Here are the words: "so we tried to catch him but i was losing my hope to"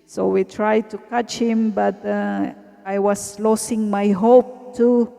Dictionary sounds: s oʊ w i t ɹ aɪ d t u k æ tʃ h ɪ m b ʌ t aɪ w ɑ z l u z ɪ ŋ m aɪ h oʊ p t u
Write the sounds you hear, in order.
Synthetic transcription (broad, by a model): s oʊ w i t ɹ aɪ d t u k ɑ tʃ h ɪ m b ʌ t aɪ w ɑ s l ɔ s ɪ ŋ m aɪ h oʊ p t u